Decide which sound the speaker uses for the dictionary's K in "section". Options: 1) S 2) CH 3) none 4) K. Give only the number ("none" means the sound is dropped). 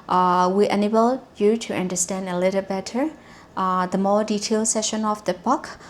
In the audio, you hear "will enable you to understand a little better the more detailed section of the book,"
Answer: 3